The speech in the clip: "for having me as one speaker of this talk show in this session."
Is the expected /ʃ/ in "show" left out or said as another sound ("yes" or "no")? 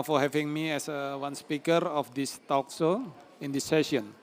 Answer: yes